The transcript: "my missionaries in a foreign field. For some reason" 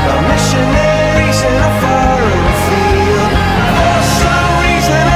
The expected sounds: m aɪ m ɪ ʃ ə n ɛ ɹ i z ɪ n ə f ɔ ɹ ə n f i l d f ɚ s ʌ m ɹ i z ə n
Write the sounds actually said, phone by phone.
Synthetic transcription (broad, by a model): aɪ m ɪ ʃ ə n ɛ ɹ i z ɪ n ə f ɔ l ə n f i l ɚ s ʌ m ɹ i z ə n